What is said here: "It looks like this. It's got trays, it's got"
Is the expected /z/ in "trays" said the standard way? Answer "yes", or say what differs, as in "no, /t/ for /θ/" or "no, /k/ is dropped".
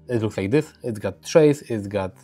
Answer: no, /s/ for /z/